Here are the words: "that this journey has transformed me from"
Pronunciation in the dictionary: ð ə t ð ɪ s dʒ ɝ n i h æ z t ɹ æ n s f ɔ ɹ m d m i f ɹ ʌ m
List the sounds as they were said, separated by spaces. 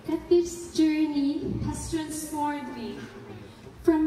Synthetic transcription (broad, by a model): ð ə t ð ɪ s dʒ ɝ n i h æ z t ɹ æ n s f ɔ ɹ d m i f ɹ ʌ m